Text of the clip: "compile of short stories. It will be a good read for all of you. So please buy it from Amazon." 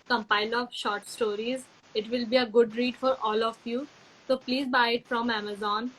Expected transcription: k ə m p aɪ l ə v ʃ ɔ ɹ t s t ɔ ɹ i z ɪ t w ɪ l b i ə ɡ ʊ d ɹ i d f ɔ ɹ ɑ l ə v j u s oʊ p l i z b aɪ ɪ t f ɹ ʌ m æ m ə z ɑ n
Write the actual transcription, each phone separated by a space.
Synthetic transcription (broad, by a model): k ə m p aɪ l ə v ʃ ɔ ɹ t s t ɔ ɹ i z ɪ t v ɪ l b i ə ɡ ʊ d ɹ i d f ɔ ɹ ɑ l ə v j u s oʊ p l i z b aɪ ɪ t f ɹ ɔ m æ m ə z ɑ n